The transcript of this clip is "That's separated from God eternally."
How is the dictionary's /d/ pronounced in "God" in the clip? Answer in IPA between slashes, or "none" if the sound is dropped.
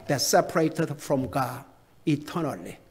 none